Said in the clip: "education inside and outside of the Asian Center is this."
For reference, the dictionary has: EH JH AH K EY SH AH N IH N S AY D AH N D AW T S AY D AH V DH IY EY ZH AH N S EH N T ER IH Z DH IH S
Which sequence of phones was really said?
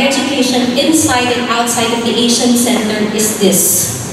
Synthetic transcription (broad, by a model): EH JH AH K EY SH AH N IH N S AY D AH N AW T S AY D AH V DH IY EY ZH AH N S EH N T ER IH Z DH IH S